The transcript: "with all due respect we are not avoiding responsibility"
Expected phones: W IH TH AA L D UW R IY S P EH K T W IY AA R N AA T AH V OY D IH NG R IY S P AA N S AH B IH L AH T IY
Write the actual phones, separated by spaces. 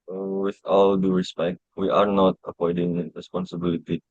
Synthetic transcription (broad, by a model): W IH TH AA L D UW R IY S P EH K T W IY AA R N AA T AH P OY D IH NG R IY S P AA N S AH B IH L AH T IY